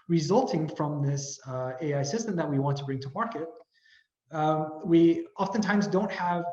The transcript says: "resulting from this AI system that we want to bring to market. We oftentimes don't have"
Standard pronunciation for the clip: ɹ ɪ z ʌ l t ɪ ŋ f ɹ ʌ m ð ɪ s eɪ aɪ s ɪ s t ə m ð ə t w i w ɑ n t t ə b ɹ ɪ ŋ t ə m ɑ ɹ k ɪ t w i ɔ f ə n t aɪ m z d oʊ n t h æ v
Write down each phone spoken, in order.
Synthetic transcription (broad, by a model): ɹ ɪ z ʌ l t ɪ ŋ f ɹ ʌ m ð ɪ s eɪ aɪ s ɪ s t ə m ð ə t w i w ɑ n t t ə b ɹ ɪ ŋ t ə m ɑ ɹ k ɪ t w i ɔ f ə n t aɪ m z d oʊ n t h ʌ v